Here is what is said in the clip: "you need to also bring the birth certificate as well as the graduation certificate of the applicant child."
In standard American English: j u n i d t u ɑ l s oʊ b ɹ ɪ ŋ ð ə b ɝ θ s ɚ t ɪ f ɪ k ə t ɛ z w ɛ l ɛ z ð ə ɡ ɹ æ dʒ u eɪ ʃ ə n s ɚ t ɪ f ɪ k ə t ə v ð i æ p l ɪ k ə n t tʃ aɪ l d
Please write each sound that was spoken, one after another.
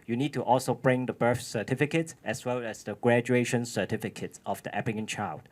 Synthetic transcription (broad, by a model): j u n i d t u ɑ l s oʊ b ɹ ɪ ŋ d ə b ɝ f s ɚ t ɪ f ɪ k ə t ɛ s w ɛ l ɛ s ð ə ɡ ɹ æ dʒ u eɪ ʃ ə n s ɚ t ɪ f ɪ k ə t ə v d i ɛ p ɪ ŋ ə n tʃ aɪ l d